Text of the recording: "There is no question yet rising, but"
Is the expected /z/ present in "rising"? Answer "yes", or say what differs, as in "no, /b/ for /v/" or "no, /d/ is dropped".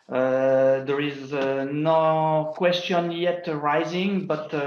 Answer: yes